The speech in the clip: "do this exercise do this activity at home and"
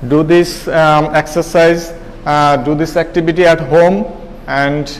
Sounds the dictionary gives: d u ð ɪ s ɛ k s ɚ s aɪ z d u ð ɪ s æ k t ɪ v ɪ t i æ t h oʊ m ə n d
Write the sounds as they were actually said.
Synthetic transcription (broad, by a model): d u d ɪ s ɛ k s ɚ s aɪ z d u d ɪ s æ k t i b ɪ t i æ t h oʊ m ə n d